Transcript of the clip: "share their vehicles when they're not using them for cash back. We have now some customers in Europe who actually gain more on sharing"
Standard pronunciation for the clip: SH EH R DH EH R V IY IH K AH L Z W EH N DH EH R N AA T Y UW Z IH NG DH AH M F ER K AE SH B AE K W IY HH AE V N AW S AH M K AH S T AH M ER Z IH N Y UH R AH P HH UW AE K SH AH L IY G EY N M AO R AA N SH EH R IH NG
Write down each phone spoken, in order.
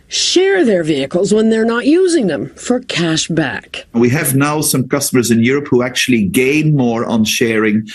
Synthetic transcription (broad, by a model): SH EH R DH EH R V IY IH K AH L Z W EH N DH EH R N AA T Y UW Z IH NG DH AH M F ER K AE SH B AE K W IY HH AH V N AW S AH M K AH S T AH M ER Z IH N Y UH R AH P HH UW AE K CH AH L IY G EY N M AO R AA N SH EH R IH NG